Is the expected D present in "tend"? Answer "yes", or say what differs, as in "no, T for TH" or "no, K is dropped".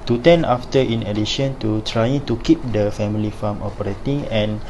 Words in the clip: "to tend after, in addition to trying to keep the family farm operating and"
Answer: no, D is dropped